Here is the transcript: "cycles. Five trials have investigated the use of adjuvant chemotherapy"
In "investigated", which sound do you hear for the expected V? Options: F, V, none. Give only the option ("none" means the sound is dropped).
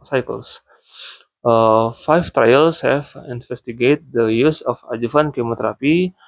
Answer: F